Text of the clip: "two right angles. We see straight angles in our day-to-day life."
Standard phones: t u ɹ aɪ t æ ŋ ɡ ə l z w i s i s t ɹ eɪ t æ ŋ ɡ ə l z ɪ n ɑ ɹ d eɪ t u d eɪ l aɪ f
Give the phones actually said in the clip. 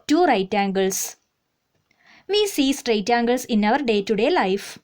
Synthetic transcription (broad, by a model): t u ɹ aɪ t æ ŋ ɡ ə l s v i s i s t ɹ eɪ t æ ŋ ɡ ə l s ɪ n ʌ ɹ d eɪ t u d eɪ l aɪ f